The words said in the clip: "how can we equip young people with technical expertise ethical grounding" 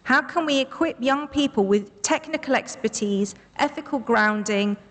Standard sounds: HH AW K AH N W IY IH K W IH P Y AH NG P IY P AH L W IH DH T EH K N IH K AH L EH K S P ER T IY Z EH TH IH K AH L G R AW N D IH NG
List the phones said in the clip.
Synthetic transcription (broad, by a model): HH AW K AH N W IY IH K W IH P Y AH NG P IY P AH L W IH DH T EH K N IH K AH L EH K S P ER T IY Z EH TH IH K AH L G R AW N D IH NG